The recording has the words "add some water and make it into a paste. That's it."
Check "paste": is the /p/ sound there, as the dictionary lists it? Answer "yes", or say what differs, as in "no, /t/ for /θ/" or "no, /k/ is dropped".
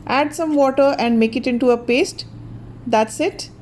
yes